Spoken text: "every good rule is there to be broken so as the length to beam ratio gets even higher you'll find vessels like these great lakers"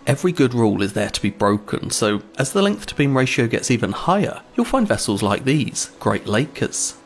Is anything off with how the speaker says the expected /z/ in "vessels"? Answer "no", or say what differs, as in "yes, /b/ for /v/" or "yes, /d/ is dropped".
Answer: no